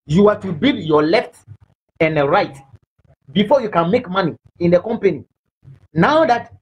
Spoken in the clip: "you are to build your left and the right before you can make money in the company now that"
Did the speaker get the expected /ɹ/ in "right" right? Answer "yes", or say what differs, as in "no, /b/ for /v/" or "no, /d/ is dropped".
yes